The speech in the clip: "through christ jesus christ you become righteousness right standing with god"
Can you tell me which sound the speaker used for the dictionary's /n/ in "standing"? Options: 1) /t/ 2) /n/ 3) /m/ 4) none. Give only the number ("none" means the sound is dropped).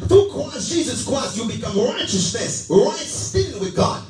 4